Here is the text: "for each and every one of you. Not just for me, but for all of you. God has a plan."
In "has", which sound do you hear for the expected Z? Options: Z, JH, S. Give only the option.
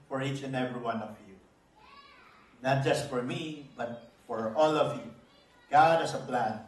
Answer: S